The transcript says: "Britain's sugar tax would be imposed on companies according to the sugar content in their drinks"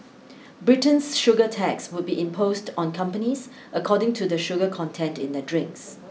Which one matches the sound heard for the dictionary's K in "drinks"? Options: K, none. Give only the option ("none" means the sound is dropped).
K